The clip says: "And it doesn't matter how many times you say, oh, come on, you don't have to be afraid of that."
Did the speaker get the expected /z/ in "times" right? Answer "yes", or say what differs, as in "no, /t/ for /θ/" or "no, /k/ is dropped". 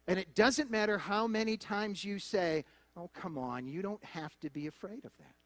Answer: yes